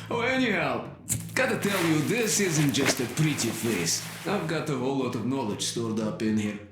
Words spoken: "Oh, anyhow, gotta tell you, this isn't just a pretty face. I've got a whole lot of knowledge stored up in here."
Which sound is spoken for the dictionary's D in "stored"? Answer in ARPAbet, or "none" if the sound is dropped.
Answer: D